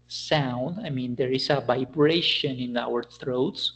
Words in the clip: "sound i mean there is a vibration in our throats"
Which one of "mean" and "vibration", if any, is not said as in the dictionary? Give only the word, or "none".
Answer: none